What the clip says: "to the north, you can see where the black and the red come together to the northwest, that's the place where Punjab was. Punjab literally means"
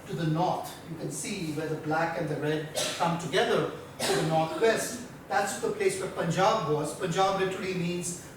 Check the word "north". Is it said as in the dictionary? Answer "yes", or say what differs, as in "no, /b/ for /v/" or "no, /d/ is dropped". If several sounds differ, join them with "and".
no, /t/ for /θ/